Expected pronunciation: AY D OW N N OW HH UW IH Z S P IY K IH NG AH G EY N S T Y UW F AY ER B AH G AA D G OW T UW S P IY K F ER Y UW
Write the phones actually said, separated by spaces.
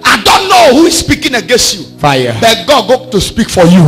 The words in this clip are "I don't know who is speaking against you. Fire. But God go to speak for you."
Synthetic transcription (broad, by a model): AY D OW N N OW HH UW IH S P IY K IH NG AH G EY N S T Y UW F AY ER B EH G AA D G OW T UW S P IY K F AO Y UW